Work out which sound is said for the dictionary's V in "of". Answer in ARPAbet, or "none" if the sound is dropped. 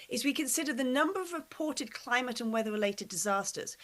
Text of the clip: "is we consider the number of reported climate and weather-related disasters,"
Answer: V